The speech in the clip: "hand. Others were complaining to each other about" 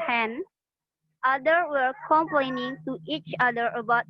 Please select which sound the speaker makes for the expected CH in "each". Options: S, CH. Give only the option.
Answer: CH